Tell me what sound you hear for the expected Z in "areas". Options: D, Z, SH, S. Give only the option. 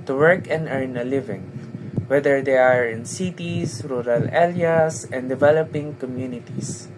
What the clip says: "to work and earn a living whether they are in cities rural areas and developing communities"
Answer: S